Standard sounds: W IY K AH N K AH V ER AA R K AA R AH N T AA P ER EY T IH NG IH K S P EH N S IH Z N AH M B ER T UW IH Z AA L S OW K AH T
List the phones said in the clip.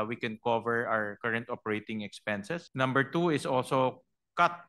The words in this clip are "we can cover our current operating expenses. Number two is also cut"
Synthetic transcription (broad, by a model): W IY K AH N K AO V ER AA W K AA R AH N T AA P ER EY T IH NG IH K S P EH N S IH S N AH M B ER T UW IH S AA L S OW K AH T